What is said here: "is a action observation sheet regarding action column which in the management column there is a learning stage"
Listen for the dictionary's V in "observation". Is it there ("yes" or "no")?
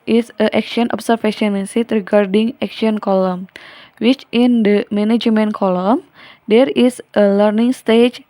no